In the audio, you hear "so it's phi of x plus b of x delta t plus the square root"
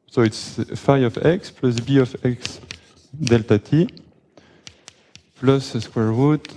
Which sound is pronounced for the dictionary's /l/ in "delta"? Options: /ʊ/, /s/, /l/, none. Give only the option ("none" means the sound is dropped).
/l/